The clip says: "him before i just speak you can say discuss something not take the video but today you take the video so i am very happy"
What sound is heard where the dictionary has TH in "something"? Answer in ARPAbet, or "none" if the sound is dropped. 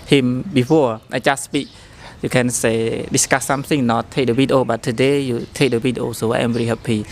S